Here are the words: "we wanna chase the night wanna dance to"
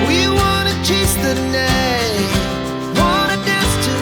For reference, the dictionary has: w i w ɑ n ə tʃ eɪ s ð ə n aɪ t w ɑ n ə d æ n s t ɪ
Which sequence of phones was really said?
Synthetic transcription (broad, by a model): w i w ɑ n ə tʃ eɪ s ð ə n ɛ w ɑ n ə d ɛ s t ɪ